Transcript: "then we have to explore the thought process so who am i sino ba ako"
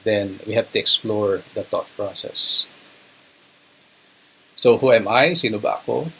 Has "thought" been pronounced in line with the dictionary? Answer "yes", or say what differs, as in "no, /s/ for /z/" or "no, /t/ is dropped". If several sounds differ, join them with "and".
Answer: no, /t/ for /θ/